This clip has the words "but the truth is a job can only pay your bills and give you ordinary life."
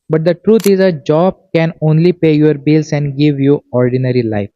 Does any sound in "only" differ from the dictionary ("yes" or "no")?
no